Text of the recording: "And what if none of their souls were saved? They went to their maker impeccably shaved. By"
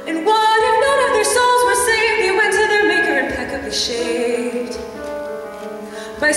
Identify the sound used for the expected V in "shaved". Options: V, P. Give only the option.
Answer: P